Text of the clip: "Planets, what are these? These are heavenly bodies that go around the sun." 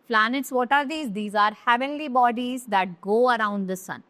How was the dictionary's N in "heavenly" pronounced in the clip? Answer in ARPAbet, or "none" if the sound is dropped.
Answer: N